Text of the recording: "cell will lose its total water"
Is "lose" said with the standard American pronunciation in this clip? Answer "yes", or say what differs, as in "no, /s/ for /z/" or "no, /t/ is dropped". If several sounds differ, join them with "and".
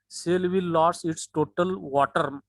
no, /s/ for /z/